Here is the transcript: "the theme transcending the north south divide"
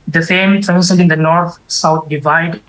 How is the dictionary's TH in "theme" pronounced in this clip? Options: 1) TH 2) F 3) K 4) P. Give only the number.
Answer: 2